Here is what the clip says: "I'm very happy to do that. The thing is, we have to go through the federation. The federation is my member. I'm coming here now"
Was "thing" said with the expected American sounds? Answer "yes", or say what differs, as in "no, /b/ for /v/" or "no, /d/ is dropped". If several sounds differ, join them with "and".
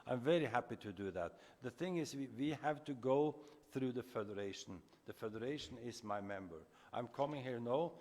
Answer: yes